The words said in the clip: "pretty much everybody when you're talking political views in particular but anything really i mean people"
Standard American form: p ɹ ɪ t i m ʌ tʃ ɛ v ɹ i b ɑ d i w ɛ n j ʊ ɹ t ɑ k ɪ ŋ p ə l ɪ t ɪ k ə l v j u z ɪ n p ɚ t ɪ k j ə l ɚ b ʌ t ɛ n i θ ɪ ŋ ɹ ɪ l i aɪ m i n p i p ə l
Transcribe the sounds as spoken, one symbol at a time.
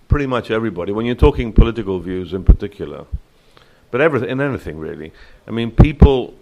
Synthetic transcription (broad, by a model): p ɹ ɪ t i m ʌ tʃ ɛ v ɹ i b ɑ d i w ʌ n j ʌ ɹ t ɑ k ɪ ŋ p ə l ɪ t ɪ k ə l v j u z ɪ n p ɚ t ɪ k j l ɚ b ʌ t ɛ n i θ ɪ ŋ ɹ ɪ l i aɪ m i n p i p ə l